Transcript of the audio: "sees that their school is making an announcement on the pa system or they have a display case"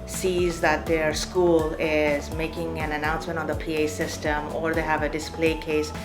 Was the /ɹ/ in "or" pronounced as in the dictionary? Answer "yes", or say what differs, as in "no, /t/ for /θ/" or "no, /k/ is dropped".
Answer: yes